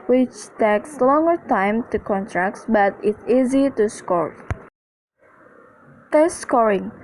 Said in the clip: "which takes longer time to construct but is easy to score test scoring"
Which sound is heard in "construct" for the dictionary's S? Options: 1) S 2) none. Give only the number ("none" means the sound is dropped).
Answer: 2